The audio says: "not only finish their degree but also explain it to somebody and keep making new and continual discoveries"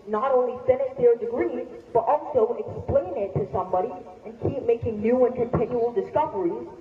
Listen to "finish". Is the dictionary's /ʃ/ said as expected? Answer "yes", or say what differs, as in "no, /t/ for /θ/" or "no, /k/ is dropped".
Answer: no, /s/ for /ʃ/